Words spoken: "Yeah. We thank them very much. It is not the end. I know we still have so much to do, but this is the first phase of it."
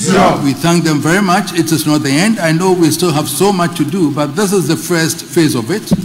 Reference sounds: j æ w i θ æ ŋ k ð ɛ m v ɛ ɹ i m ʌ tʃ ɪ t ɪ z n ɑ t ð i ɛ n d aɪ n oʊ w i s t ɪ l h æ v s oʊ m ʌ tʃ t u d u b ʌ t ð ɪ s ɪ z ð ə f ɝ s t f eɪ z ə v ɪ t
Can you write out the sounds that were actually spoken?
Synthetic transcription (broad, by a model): w i θ æ ŋ k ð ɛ m v ɛ ɹ i m ʌ tʃ ɪ t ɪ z n ɑ t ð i ɛ n d aɪ n oʊ w i s t ɪ l h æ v s oʊ m ʌ tʃ t u d u b ʌ t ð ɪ s ɪ z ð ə f ɝ s t f eɪ z ə v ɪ t